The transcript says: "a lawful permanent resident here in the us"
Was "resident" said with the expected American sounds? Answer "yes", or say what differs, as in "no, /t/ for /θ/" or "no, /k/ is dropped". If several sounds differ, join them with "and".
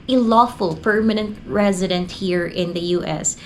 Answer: yes